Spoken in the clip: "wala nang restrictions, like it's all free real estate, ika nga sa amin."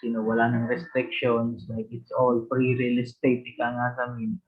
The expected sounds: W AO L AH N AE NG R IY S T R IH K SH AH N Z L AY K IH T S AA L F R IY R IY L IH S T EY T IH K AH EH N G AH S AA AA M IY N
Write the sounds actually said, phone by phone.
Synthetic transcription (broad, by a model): W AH L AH N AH NG R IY S T R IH K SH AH N S L AY K IH T S AA L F R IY R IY L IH S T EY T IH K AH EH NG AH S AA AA M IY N